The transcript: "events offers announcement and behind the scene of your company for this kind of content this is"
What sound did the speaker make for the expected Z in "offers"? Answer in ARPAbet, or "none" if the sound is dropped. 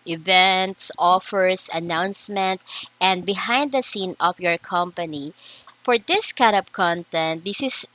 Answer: S